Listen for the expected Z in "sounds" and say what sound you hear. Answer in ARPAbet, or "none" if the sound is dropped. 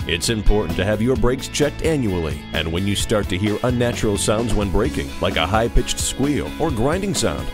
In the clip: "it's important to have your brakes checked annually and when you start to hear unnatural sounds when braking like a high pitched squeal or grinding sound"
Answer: Z